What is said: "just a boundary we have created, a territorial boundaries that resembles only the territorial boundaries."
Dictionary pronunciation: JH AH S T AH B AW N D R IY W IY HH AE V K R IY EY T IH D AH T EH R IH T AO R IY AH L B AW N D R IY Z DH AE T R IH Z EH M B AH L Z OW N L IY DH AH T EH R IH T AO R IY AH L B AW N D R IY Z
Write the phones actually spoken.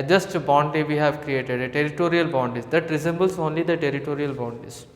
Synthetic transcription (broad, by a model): JH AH S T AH B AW N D IY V IY HH AE V K R IY EY T IH D AH T EH R IH T AO R IY AH L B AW N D IY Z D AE T R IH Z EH M B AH L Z OW N L IY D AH T EH R IH T AO R IY AH L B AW N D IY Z